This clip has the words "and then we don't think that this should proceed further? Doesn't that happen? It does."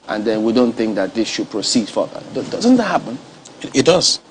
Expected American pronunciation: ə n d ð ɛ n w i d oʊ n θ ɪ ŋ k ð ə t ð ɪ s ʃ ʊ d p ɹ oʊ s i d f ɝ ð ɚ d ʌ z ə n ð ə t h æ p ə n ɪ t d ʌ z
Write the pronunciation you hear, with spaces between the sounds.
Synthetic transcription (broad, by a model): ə n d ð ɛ n w i d oʊ n θ ɪ ŋ k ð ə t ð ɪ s ʃ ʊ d p ɹ oʊ s i d f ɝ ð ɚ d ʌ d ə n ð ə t h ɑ p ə n ɪ t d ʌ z